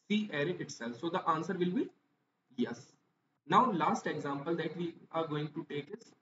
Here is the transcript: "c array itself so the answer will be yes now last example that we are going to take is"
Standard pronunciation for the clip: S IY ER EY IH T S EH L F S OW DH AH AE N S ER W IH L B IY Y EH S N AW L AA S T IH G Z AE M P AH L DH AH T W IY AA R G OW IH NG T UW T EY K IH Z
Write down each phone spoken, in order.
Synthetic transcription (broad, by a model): S IY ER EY IH T S EH L F S OW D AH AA N S ER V IH L B IY Y EH S N AW L AA S T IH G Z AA M P AH L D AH T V IY AA R G OW IH NG T UW T EY K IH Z